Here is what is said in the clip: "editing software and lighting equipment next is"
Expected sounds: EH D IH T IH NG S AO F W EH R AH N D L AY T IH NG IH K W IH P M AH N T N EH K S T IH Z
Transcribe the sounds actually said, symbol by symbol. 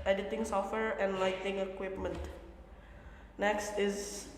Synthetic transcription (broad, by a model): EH D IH T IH NG S AO F W EH R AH N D L AY T IH NG IH K W IH P M AH N T N EH K S T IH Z